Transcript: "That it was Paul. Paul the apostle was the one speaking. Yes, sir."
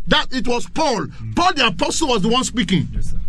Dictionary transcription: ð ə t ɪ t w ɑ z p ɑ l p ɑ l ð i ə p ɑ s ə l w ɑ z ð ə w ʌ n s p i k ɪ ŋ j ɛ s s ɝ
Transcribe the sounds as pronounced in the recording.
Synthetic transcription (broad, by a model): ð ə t ɪ t w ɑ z p ɑ l p ɑ l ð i ə p ɑ s ə l w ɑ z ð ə w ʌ n s p i k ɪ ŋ